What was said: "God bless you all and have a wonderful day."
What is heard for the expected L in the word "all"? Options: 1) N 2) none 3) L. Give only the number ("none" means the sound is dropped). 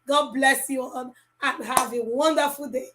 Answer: 1